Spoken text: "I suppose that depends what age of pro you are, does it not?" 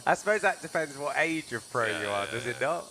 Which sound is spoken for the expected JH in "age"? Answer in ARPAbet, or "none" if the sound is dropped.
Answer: JH